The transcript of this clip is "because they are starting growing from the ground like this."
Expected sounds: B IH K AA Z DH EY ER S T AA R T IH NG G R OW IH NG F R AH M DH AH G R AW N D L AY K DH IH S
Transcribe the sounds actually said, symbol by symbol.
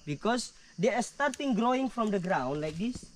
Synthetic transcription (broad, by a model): B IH K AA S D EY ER S T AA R T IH NG G R OW IH NG F R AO M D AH G R AW N D L AY K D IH S